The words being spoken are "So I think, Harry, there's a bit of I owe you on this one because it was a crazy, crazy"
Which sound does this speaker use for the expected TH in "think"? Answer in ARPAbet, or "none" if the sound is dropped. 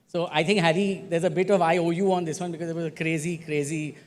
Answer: T